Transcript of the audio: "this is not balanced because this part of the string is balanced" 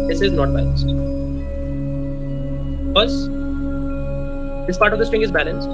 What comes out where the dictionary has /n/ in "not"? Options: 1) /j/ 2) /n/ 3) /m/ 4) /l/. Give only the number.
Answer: 2